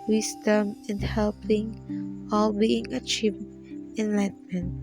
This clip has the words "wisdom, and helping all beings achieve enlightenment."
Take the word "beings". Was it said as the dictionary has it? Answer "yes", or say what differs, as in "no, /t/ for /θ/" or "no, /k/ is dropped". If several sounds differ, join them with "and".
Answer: no, /z/ is dropped